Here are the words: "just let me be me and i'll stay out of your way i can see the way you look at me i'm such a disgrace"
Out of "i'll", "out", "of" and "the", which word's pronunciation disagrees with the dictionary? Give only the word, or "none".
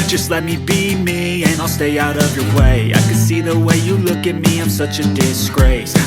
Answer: none